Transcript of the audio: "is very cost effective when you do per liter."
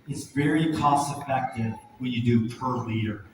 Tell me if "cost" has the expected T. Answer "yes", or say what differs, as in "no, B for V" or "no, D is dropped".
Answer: no, T is dropped